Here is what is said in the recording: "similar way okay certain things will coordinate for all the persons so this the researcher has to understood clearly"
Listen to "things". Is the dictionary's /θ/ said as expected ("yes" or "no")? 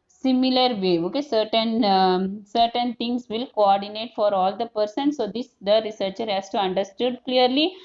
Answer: no